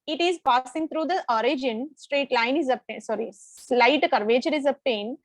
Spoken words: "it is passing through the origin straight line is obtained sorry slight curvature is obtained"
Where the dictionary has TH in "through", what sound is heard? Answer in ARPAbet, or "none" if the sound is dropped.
T